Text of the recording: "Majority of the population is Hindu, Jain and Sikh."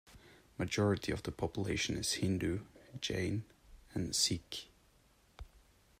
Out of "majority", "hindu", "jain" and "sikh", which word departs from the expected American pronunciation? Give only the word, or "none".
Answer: none